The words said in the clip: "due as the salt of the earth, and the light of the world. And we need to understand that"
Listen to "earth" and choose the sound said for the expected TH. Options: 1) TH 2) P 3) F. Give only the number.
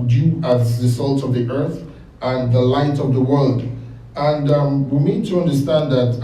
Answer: 1